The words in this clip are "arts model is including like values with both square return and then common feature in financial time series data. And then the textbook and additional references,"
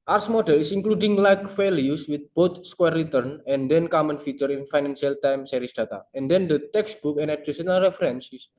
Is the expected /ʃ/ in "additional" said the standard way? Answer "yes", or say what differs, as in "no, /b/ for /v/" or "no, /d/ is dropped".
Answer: no, /s/ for /ʃ/